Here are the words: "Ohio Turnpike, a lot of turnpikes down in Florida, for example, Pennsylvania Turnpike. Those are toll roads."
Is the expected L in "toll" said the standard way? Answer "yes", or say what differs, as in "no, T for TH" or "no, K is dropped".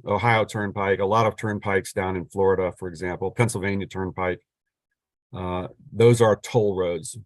yes